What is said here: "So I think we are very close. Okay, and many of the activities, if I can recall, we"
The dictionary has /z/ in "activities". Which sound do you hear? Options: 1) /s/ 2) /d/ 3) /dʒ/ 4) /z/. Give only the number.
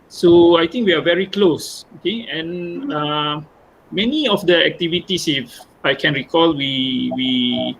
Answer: 1